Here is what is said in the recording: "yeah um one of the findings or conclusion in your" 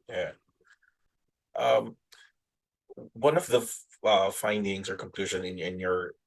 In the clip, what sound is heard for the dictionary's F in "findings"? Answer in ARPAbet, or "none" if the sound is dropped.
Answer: F